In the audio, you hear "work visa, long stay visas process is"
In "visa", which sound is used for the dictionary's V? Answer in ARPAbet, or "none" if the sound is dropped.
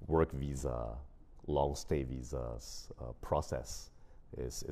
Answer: V